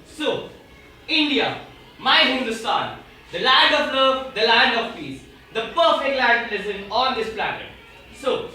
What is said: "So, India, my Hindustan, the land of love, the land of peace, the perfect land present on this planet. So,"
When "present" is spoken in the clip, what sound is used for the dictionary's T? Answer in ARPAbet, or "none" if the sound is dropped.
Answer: none